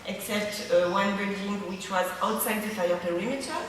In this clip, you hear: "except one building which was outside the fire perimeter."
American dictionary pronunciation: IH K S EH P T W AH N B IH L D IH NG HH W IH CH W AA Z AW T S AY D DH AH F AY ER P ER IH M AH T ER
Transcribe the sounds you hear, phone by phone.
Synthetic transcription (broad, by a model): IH K S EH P T W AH N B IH D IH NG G W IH CH W AA Z AW T S AY D DH AH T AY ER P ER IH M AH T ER